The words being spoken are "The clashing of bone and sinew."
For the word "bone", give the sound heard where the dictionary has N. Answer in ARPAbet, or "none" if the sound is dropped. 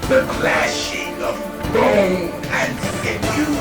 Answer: none